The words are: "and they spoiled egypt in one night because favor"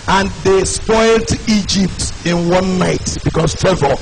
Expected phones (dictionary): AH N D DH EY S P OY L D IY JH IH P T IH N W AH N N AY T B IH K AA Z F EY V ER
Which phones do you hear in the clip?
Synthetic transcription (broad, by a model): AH N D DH EY S P OY L D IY JH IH P T IH N W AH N N AY T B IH K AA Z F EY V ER